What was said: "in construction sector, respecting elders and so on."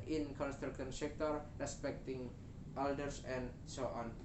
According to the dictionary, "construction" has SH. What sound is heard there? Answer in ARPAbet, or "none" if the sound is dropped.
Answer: none